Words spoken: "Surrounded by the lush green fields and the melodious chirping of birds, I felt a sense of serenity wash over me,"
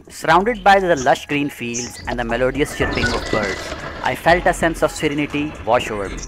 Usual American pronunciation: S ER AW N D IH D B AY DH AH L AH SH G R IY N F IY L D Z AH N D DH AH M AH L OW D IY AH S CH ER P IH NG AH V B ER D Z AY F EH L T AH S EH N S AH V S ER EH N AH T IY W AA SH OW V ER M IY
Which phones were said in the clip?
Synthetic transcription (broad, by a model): S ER AW N D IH D B AY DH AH L AH SH G R IY N F IY L D Z AH N D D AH M AH L OW D IY AH S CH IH P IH NG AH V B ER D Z AY F EH L T AH S EH N S AH V S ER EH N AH T IY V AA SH OW V ER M IY